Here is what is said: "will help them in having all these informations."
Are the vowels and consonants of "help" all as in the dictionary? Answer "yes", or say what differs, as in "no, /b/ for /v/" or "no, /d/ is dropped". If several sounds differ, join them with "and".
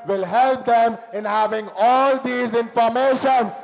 yes